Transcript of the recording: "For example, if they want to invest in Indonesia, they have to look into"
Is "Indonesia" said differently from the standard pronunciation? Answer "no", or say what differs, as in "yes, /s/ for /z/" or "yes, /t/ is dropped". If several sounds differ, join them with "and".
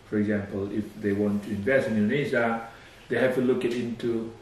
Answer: yes, /z/ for /ʒ/